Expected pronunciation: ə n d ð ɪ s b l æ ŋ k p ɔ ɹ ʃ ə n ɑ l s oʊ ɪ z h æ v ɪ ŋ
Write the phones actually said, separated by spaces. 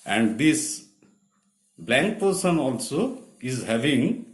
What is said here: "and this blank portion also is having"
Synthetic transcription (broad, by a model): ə n d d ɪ s b l æ ŋ k p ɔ ɹ s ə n ɑ l s oʊ ɪ z h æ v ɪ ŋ